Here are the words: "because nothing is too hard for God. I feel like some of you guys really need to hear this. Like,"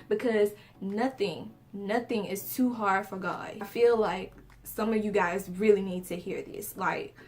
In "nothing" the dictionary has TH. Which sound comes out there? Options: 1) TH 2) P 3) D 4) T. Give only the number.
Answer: 1